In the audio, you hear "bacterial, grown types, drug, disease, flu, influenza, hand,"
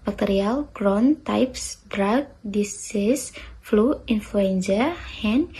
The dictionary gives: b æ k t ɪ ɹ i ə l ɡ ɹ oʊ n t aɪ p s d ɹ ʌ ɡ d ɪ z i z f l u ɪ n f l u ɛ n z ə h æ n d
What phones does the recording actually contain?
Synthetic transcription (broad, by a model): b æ k t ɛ ɹ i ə l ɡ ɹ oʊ n t aɪ p s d ɹ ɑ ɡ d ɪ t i s f l u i n f l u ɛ n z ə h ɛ n